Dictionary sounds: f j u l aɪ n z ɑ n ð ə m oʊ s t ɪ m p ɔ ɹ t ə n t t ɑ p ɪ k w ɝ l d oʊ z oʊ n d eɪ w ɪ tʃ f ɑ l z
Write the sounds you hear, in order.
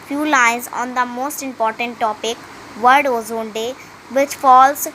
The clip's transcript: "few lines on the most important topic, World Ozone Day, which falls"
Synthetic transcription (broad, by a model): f j u l aɪ n z ɑ n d ə m oʊ s t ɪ m p ɔ ɹ t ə n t t ɑ p ɪ k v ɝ d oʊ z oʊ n d eɪ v ɪ tʃ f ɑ l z